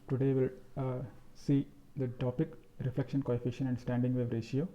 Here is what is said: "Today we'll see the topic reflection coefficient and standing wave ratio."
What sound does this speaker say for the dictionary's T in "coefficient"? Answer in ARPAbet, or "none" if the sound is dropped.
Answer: none